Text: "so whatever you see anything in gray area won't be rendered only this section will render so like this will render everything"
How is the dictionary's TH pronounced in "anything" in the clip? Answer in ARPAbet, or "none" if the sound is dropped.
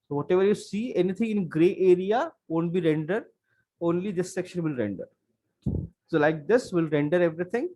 T